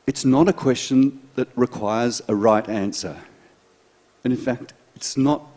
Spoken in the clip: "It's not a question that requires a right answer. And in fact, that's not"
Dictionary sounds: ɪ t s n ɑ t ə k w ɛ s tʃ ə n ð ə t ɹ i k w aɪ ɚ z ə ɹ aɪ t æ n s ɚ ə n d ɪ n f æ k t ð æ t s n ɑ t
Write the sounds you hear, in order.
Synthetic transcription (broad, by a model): ɪ t s n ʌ t ə k w ɛ s tʃ ə n ð ə t ɹ i k w aɪ ɚ z ə ɹ aɪ t æ n s ɚ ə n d ɪ n f æ k t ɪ t s n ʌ t